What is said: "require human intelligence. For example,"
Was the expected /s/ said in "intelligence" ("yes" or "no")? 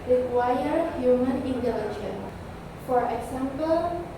no